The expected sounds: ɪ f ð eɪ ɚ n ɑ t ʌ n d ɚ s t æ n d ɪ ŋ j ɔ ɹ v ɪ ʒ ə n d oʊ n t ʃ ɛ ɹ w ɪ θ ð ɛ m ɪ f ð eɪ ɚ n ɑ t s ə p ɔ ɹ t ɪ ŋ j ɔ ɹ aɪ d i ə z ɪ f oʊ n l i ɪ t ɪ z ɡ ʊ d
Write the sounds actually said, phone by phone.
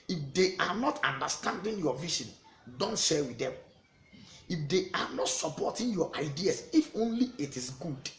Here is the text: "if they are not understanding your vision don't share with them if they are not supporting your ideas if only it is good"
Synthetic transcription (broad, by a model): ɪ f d eɪ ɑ n ɑ t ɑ n d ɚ s t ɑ n d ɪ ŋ j ɔ v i ʃ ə n d oʊ n t ʃ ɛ w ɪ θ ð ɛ m ɪ f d eɪ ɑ n ɑ t s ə p ɔ t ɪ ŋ j ɔ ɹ aɪ d i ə s ɪ f oʊ n l i ɪ t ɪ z ɡ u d